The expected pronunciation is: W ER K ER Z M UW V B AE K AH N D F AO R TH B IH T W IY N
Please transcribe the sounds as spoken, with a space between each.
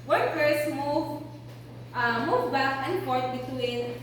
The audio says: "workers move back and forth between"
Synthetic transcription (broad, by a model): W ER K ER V M UW V B AE K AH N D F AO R T B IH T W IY N